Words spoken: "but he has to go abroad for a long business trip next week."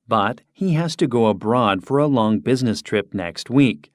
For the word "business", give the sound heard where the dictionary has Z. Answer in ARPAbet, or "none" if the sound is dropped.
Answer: Z